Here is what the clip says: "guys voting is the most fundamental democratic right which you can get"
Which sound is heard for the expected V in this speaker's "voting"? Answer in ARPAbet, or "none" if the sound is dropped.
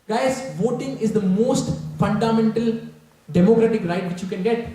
V